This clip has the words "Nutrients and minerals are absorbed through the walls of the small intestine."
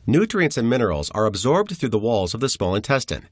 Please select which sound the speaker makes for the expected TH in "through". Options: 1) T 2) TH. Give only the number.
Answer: 2